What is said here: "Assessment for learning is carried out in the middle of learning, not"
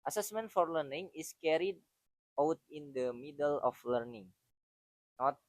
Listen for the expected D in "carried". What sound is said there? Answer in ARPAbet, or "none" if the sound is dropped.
D